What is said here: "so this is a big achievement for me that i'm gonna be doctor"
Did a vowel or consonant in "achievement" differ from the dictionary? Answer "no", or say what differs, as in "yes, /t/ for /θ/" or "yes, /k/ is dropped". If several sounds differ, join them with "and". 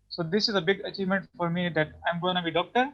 no